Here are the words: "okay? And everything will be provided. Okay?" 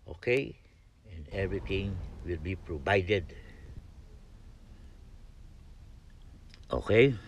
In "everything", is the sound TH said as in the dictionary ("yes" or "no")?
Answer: no